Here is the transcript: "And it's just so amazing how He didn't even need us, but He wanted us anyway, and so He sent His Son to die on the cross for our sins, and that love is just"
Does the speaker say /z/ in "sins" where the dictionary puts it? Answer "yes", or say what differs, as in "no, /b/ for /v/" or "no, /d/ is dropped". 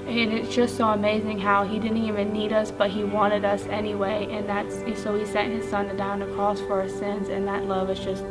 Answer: yes